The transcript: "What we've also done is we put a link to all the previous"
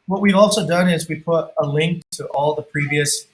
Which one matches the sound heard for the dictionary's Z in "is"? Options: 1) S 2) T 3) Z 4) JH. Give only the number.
3